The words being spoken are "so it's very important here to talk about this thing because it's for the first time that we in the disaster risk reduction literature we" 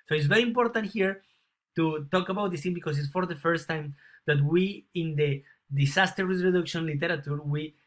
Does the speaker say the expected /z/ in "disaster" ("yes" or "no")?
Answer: no